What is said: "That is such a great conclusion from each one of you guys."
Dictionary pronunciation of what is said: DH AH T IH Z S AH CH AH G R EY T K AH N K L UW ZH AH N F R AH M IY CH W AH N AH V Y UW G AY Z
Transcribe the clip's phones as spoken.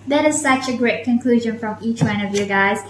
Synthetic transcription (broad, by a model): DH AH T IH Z S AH CH AH G R EY T K AH N K L UW ZH AH N F R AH M IY CH W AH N AH V Y UW G AY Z